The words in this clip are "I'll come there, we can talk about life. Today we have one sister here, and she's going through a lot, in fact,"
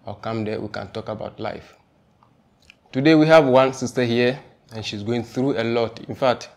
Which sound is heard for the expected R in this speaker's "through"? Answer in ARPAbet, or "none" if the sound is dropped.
R